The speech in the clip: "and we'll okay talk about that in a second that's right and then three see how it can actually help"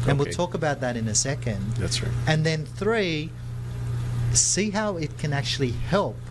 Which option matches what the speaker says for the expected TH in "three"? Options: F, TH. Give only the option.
TH